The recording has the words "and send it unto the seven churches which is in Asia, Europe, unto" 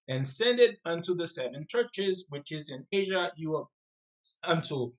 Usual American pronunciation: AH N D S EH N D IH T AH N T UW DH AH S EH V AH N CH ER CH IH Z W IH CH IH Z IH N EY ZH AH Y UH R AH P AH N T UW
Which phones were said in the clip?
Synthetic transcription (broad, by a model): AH N S EH N D IH T AH N T UW DH AH S EH V AH N CH ER CH IH Z W IH CH IH Z IH N EY ZH AH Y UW AH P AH N T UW